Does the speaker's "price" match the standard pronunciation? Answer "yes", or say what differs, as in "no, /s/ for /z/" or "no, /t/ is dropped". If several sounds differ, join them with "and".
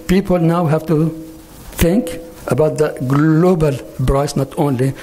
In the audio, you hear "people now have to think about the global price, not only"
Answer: no, /b/ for /p/